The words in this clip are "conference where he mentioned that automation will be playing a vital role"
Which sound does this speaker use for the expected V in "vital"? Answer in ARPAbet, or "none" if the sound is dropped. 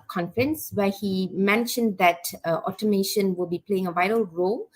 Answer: V